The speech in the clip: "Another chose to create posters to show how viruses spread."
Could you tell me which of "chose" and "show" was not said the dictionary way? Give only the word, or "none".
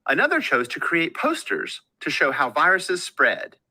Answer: none